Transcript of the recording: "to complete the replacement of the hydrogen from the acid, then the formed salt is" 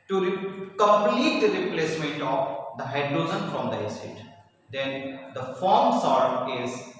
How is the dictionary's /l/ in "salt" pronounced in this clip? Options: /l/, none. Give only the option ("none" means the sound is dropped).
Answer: none